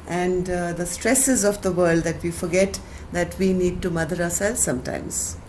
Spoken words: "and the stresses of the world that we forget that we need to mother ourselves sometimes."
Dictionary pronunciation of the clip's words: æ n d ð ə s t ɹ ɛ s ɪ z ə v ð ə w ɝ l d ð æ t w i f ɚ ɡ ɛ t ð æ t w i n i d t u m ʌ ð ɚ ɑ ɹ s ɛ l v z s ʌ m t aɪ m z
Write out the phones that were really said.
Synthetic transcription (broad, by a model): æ n d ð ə s t ɹ ɛ s ɪ z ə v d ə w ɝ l d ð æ t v i f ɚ ɡ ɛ t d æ t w i n i d t u m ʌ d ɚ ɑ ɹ s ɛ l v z s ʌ m t aɪ m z